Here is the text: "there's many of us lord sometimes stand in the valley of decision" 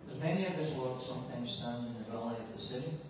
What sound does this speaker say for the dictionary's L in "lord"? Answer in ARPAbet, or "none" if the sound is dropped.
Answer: W